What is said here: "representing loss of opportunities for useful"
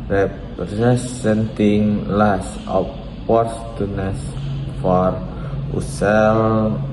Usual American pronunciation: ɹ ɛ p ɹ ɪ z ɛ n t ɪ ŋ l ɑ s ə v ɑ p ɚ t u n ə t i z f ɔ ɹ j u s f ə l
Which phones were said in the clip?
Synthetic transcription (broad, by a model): ɹ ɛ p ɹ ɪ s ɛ n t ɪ ŋ l ɑ s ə p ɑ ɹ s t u n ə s f ɔ ɹ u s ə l